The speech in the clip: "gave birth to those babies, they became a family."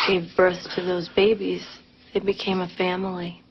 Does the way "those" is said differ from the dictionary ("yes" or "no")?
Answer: no